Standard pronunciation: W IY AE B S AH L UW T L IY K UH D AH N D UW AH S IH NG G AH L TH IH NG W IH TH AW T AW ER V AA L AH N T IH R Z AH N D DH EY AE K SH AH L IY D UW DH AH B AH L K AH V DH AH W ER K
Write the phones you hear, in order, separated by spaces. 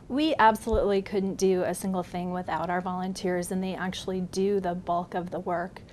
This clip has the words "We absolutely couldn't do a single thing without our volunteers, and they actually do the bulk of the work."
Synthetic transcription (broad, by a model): W IY AE B S AH L UW T L IY K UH D N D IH AH S IH NG G L TH IH NG W IH TH AW T AW ER V AA L AH N T IH R Z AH N DH EY AE K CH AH L IY D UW DH AH B AH L K AH V DH AH W ER K